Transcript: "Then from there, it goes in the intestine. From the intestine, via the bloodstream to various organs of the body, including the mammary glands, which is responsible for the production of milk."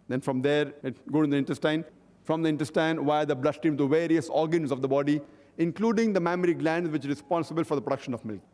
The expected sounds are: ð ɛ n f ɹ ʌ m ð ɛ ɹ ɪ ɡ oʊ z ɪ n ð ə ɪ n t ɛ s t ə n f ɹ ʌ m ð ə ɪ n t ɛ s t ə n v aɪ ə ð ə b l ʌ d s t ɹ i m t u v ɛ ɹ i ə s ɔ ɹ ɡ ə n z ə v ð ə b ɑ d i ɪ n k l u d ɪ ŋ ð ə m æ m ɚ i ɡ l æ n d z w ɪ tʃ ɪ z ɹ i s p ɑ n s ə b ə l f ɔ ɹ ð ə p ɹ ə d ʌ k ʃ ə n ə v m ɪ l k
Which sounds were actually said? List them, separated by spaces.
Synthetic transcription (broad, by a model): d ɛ n f ɹ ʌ m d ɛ ɹ ɪ ɡ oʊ ɪ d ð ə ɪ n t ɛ s t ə n f ɹ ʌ m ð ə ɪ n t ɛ s t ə n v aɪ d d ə b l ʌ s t i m t u v ɛ ɹ i ə s ɔ ɹ ɡ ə n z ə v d ə b ɑ d i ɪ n k l u d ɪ ŋ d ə m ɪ m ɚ i ɡ l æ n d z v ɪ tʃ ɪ ɹ i s p ɑ n s ə b ə l f ɔ ɹ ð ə p ɹ ə d ʌ k ʃ ə n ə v m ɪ l k